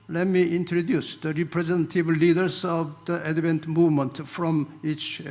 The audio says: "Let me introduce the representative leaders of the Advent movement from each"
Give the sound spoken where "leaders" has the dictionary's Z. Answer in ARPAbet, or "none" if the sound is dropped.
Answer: S